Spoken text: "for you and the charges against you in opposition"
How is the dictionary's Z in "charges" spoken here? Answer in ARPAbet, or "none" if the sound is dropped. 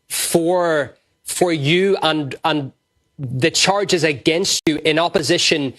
Z